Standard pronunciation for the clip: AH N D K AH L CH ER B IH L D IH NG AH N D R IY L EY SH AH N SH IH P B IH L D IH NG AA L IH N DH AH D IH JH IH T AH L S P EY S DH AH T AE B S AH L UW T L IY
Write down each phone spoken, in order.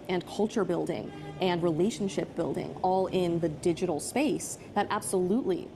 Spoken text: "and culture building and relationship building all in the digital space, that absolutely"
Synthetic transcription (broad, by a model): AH N K AH L CH ER B IH L D IH NG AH N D R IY L EY SH N SH IH P B IH L D IH NG AA L IH N DH AH D IH JH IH T L S P EY S DH AH T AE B S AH L UW T L IY